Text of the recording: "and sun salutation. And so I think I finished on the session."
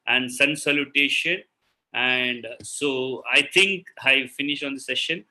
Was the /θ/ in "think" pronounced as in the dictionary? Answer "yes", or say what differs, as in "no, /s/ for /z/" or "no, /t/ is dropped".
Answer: no, /t/ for /θ/